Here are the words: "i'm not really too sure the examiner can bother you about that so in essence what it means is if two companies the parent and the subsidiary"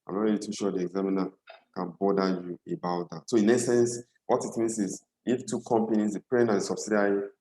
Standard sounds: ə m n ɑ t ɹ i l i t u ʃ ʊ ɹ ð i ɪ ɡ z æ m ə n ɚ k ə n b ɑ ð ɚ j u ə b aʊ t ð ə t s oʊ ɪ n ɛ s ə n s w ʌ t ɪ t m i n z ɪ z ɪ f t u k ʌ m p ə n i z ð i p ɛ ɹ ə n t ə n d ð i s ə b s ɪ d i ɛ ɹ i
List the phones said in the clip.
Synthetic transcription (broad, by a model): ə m n ɑ t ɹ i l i t u ʃ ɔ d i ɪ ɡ z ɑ m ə n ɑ k ə n b ɑ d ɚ j u ə b aʊ t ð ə t s oʊ ɪ n ɛ s ə n s w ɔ t ɪ t m i n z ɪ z ɪ f t u k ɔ m p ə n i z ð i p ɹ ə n ə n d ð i s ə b s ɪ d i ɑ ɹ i